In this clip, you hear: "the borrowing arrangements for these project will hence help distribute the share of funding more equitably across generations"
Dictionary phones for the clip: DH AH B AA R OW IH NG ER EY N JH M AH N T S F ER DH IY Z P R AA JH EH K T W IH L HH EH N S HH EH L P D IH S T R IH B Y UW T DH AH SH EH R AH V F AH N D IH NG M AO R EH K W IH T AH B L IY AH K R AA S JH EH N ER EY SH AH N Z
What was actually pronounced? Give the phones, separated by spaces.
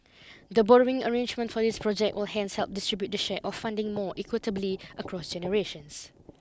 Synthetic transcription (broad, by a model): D AH B AA R OW IH NG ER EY N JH M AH N T F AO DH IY S P R AA JH EH K T W IH L HH EH N S HH EH L P D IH S T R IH B Y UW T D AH SH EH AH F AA N D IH NG M AO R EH K W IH T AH B L IY AH K R AA S JH EH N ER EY SH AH N S